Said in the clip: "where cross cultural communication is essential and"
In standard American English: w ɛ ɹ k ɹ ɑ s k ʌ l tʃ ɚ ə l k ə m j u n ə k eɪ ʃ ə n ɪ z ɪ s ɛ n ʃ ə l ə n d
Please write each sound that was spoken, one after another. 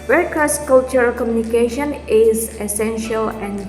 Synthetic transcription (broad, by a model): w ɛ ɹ k ɑ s k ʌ l tʃ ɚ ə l k ə m j u n ə k eɪ ʃ ə n ɪ z ɪ s ɛ n ʃ ə l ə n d